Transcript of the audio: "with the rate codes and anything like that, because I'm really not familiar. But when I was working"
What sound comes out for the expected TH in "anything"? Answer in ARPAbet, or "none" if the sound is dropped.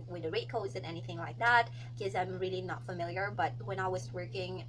TH